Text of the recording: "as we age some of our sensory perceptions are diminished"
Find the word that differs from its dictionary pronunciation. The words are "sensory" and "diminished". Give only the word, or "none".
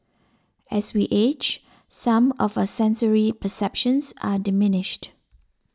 none